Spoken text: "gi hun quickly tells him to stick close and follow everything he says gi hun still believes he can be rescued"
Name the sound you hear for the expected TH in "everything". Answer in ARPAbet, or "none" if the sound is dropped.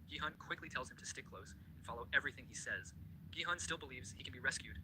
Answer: TH